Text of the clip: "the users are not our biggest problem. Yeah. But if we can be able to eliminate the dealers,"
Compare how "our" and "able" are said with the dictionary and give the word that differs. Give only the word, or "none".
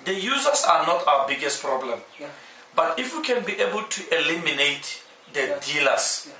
our